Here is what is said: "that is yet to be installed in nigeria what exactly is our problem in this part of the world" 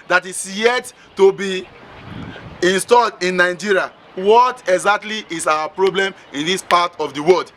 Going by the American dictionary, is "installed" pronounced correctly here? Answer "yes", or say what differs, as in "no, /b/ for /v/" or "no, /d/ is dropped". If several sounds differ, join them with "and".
yes